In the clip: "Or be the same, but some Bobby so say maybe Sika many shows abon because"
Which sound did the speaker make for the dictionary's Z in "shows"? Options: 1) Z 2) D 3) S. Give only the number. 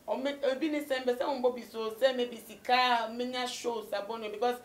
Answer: 3